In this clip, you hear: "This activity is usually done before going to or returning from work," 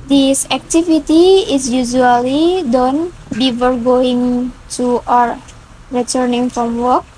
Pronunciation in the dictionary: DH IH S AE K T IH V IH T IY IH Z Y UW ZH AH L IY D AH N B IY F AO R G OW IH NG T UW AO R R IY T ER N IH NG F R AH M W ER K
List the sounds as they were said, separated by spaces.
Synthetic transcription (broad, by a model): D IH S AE K T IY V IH T IY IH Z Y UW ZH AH L IY D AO N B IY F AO R G OW IH NG T UW AO R R IY T ER N IH NG F R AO M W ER K